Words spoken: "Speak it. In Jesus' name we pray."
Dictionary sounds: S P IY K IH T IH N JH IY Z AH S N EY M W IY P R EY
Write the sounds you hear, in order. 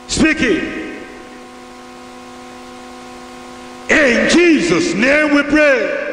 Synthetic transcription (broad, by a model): S P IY K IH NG IH N JH IY Z AH S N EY W IY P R EY